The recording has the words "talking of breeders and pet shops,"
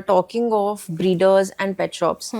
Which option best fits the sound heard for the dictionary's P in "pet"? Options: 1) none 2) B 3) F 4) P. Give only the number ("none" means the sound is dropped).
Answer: 4